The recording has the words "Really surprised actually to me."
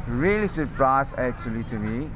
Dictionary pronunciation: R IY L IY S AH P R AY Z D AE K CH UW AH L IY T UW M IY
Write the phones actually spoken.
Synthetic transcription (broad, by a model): R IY L IY S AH P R AY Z AE K CH UW AH L IY T UW M IY